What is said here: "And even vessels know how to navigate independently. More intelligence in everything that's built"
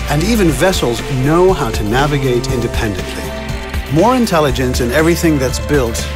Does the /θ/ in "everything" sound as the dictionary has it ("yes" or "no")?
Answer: yes